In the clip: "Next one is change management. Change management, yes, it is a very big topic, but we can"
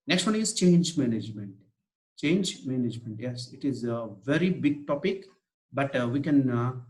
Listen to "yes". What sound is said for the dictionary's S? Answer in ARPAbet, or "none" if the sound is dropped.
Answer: S